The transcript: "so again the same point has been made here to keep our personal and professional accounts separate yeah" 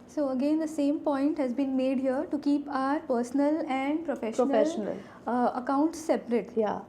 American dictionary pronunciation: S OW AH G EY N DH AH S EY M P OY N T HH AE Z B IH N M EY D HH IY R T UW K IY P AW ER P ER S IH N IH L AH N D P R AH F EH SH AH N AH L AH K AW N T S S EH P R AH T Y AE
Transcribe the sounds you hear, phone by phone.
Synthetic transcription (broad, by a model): S OW AH G EY N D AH S EY M P OY N T HH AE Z B IH N M EY D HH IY R T UW K IY P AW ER P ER S N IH L AH N D P R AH F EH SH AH N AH L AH K AW N T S S EH P R AH T Y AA